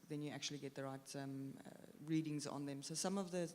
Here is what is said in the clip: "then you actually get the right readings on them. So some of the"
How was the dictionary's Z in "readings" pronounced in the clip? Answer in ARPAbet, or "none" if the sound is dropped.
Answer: Z